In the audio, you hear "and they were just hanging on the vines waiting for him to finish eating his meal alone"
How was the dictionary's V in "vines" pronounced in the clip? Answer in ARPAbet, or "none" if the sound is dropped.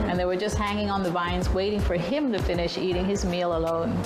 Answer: V